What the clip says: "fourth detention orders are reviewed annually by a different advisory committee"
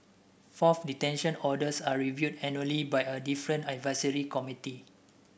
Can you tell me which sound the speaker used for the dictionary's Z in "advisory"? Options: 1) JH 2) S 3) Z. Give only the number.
2